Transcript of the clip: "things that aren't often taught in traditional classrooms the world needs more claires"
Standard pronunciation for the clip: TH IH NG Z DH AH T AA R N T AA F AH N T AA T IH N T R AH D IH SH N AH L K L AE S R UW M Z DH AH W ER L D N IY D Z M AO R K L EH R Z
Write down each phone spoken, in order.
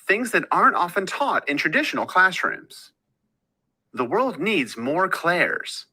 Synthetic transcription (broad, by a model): TH IH NG Z DH AH T AA R N T AA F AH N T AA T IH N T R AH D IH SH N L K L AE S R UW M Z DH AH W ER L D N IY D Z M AO R K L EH R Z